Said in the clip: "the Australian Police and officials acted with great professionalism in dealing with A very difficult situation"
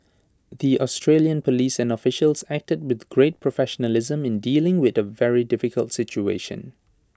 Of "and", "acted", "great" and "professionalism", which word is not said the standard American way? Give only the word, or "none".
none